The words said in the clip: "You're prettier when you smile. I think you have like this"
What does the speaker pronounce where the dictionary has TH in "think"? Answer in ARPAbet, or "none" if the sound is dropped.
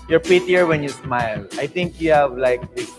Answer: T